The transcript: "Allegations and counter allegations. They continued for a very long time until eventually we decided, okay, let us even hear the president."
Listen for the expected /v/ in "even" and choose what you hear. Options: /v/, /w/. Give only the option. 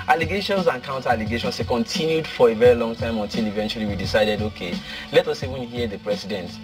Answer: /w/